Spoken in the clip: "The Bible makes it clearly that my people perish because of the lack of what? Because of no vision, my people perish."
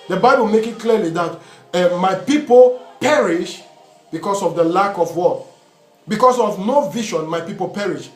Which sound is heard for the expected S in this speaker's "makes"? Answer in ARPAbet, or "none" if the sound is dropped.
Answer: none